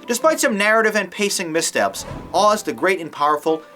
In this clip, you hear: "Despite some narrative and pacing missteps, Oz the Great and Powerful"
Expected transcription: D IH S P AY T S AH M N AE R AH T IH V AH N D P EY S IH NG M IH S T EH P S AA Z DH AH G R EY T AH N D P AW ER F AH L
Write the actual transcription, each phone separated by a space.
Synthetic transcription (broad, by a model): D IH S P AY T S AH M N AE R AH T IH V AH N P EY S IH NG M IH S T EH P S AA Z DH AH G R EY T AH N P AW ER F L